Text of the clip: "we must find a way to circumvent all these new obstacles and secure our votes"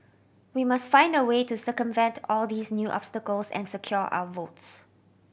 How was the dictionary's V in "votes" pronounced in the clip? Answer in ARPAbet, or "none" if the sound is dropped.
V